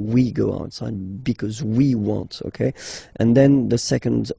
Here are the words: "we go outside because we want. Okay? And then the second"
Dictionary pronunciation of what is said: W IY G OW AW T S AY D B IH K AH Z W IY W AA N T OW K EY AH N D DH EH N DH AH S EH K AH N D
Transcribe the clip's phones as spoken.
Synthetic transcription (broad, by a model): W IY G OW AW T S AY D B IH K AH Z W IY W AA N T OW K EY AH N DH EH N DH AH S EH K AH N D